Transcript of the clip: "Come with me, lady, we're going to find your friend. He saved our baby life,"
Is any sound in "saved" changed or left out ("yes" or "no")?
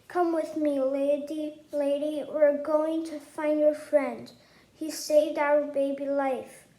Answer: no